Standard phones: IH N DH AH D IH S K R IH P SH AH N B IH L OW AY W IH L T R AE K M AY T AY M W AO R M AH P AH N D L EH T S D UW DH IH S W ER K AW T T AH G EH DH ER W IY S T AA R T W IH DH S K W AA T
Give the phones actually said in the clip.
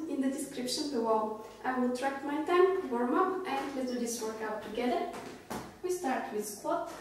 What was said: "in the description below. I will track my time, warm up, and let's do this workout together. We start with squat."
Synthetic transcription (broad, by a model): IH N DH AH D IH S K R IH P SH AH N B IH W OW AY W IH L T R AE K M AY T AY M W AO R M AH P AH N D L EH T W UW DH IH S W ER K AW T T AH G EH DH ER W IY S T AA R T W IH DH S K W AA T